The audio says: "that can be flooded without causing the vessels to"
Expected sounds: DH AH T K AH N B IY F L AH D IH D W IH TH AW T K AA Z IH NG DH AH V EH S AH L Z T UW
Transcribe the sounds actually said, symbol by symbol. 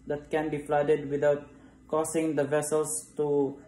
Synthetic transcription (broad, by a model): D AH T K AH N B IY F L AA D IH D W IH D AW T K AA S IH NG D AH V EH S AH L S T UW